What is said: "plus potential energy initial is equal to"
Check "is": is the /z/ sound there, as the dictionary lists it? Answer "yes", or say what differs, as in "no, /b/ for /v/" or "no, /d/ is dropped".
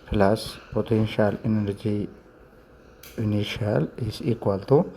no, /s/ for /z/